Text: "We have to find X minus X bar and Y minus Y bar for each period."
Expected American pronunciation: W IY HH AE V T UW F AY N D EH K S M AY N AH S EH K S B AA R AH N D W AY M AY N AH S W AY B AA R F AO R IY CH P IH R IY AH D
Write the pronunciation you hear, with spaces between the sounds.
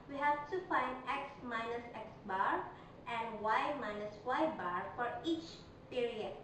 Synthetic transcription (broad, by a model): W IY HH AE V T UW F AY N D EH K S M AY N AH S EH K S B AA R AH N D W AY M AY N AH S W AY B AA R F AO R IY CH P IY R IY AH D